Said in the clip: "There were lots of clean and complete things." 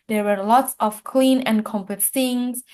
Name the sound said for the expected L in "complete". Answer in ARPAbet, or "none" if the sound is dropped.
none